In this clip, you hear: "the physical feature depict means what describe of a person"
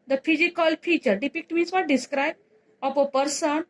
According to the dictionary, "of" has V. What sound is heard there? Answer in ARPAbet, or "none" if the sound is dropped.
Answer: P